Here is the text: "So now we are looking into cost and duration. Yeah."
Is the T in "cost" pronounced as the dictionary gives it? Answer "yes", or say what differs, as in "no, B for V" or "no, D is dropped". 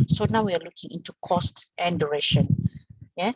yes